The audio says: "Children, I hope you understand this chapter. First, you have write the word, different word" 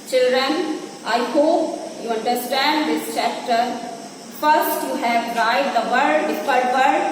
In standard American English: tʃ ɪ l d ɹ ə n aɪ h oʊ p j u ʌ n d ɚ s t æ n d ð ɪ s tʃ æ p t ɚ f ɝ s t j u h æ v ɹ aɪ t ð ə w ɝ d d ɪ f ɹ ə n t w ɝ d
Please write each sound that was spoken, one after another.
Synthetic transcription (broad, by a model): tʃ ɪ l d ɹ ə n aɪ h oʊ p j u ʌ n d ɚ s t æ n d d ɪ s tʃ æ p t ɚ f ɝ s t j u h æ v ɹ aɪ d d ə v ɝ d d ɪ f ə t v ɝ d